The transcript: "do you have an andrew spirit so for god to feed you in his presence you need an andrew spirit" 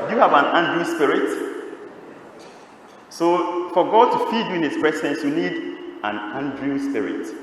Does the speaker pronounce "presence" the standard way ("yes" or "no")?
no